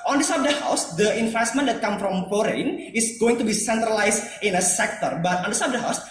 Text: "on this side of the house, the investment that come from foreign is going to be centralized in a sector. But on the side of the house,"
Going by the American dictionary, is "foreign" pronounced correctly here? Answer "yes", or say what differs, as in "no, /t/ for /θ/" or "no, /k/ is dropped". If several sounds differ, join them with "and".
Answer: no, /p/ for /f/